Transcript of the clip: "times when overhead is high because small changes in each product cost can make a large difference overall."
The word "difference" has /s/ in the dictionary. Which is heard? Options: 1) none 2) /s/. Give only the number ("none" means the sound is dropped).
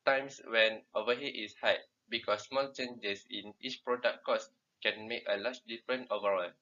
1